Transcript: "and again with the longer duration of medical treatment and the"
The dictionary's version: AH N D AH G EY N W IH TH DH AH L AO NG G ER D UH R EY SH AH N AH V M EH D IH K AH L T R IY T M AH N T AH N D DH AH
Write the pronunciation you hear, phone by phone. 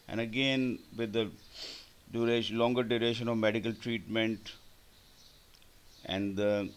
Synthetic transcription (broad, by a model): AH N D AH G EY N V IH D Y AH L AO NG G ER D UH R EY SH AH N AH V M EH D IH K AH L T R IY T M AH N T AH N D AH